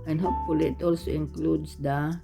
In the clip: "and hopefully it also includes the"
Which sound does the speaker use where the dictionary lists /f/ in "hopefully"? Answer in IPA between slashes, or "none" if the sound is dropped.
none